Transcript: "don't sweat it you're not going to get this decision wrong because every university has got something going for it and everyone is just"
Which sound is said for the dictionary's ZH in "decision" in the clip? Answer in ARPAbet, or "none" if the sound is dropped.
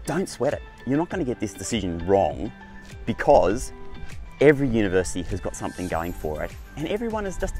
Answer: ZH